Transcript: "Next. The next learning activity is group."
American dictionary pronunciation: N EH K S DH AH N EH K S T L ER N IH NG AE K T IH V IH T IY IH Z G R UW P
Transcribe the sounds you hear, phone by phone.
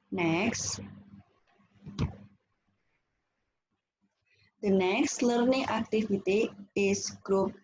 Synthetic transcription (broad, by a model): N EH K S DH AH N EH K S T L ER N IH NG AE K T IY F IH T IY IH S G R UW P